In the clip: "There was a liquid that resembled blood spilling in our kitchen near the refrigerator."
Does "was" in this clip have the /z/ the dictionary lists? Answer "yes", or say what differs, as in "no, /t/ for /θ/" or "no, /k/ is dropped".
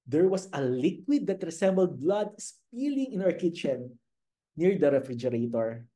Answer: no, /s/ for /z/